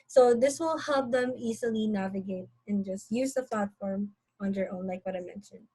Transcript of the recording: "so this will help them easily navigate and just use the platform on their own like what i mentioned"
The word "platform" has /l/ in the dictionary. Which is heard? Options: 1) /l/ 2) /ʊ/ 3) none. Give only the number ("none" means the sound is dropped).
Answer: 1